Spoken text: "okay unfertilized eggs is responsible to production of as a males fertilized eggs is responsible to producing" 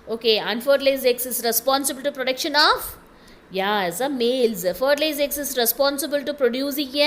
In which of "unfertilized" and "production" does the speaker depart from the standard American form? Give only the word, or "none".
unfertilized